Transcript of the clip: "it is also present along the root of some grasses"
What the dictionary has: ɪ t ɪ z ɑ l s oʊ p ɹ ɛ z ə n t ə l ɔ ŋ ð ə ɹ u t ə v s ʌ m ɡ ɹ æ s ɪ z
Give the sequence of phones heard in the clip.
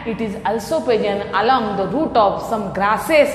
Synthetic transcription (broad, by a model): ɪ t ɪ z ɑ l s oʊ p ɛ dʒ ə n ə l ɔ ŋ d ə ɹ u t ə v s ʌ m ɡ ɹ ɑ s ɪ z